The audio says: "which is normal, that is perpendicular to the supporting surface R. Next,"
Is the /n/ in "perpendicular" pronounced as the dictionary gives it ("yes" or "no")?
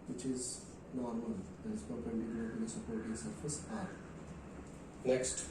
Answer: no